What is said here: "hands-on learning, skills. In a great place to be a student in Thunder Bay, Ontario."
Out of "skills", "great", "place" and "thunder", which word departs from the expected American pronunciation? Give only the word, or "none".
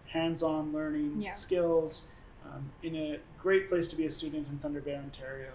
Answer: none